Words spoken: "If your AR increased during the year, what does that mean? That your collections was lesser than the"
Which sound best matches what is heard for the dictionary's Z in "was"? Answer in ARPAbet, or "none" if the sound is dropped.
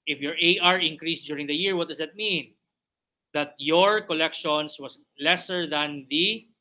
S